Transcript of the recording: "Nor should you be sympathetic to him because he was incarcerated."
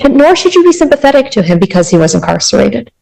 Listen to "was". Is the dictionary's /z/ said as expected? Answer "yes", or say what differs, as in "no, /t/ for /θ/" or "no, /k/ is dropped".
yes